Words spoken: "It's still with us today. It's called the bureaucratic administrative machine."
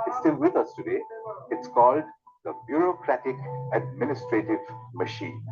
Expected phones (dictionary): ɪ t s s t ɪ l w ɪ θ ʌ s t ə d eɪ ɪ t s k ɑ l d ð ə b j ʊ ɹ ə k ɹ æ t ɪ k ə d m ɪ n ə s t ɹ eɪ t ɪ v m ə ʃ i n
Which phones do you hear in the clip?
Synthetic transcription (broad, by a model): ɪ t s s t ɪ l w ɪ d ʌ s t ə d eɪ ɪ t s k ɑ l d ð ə b j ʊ ɹ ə k ɹ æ t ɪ k ə d m ɪ n ə s t ɹ eɪ t ɪ v m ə ʃ i n